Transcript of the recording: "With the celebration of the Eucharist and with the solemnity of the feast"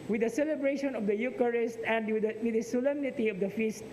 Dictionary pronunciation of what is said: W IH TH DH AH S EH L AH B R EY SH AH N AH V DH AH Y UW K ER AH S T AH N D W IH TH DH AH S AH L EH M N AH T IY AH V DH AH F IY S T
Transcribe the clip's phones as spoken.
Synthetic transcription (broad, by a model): W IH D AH S EH L AH B R EY SH AH N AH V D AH Y UW K ER AH S T AH N D W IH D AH S AH L EH M N AH T IY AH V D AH F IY S T